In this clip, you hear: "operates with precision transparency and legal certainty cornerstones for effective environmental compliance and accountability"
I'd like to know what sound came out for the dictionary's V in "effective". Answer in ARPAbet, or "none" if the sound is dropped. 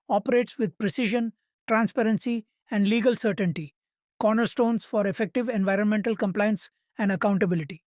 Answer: V